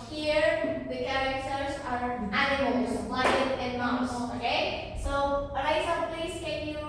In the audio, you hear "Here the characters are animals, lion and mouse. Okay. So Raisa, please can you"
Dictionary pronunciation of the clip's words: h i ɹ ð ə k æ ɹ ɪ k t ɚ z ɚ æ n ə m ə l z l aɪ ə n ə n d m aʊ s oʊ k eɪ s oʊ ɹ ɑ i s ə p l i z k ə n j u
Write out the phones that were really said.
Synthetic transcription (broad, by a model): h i ɹ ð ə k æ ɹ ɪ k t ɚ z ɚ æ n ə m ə l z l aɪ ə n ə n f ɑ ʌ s oʊ k eɪ s oʊ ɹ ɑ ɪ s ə p l i z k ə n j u